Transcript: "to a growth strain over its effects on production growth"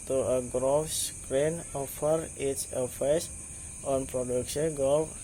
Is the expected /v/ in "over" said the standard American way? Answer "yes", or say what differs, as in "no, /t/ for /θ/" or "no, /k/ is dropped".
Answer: no, /f/ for /v/